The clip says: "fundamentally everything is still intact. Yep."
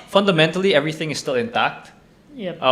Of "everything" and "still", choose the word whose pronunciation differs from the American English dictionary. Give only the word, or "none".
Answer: none